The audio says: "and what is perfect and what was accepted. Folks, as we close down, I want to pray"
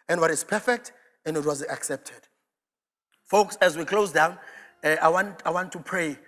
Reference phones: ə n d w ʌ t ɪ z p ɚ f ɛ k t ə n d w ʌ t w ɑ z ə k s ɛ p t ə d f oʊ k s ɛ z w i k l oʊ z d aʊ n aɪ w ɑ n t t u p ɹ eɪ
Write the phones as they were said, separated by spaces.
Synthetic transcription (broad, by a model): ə n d w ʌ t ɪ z p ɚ f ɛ k t ə n d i t w ɑ z ə k s ɛ p t ə d f oʊ k s ɛ z w i k l oʊ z d aʊ n aɪ w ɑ n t t u p ɹ eɪ